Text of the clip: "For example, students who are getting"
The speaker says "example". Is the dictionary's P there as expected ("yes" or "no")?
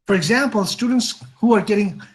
yes